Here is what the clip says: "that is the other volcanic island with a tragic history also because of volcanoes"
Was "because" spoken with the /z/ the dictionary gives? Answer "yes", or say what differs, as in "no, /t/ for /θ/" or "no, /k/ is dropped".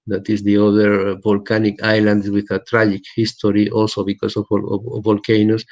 no, /s/ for /z/